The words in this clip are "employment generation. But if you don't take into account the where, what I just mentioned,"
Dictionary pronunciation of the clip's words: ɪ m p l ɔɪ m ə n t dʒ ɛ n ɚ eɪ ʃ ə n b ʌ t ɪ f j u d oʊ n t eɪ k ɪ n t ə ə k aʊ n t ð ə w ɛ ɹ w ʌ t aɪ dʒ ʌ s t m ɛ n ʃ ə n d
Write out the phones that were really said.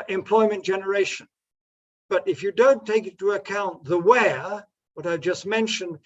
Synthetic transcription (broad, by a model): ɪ m p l ɔɪ m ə n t dʒ ɛ n ɚ eɪ ʃ ə n b ʌ t ɪ f j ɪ d oʊ n t eɪ k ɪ t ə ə k aʊ n ð ə w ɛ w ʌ t aɪ dʒ ʌ s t m ɛ n ʃ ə n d